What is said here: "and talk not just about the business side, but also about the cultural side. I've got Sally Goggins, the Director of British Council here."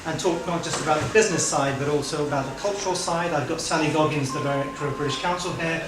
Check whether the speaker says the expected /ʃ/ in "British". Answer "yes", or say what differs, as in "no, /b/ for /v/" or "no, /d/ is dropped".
yes